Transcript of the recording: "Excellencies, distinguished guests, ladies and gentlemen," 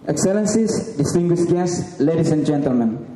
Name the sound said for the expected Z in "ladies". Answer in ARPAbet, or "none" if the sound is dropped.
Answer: S